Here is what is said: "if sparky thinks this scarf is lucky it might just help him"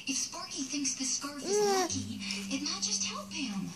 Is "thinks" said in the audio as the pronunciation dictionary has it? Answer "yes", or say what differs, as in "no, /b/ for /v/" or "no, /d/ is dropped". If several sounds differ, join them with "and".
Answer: yes